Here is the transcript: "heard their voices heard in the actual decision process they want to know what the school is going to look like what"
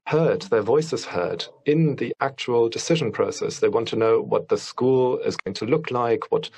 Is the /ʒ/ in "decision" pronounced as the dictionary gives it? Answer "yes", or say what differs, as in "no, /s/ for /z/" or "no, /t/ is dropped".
yes